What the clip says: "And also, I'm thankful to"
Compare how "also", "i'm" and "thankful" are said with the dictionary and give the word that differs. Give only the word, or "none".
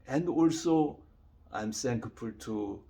thankful